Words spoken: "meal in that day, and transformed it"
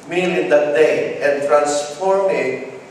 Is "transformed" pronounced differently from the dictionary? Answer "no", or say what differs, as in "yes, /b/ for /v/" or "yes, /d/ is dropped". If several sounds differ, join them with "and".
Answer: yes, /d/ is dropped